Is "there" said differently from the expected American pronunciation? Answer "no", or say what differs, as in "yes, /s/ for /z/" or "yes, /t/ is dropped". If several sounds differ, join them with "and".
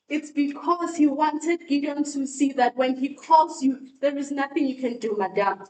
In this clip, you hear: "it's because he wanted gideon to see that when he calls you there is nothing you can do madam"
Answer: no